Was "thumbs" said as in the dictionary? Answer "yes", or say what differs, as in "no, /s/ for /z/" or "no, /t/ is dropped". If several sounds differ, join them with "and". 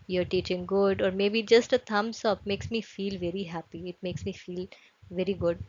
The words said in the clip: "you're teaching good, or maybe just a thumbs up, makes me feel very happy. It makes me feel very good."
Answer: no, /t/ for /θ/ and /s/ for /z/